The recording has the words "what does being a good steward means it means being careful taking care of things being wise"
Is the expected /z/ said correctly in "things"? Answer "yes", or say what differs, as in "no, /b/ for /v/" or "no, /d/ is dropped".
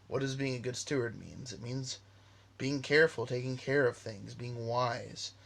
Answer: yes